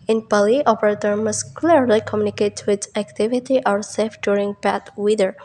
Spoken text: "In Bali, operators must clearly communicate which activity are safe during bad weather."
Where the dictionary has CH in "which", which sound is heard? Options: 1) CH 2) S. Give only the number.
2